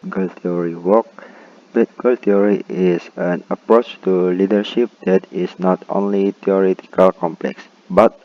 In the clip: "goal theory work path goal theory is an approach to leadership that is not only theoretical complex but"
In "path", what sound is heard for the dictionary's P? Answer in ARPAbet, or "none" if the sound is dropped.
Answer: B